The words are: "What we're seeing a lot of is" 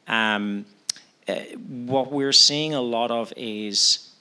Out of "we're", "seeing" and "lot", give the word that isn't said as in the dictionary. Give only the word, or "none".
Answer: none